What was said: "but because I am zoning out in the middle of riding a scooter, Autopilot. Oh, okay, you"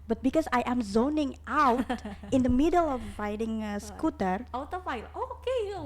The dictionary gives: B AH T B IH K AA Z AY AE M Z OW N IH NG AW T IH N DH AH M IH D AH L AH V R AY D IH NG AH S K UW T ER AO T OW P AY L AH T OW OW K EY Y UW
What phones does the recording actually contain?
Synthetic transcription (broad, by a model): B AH T B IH K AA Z AY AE M Z OW N IH NG AW T IH N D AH M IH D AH L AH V R AY D IH NG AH S K UW T ER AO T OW F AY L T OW OW K EY